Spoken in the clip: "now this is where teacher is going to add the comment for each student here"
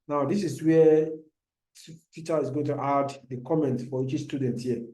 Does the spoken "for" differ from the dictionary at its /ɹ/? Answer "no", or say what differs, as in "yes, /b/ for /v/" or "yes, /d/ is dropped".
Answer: yes, /w/ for /ɹ/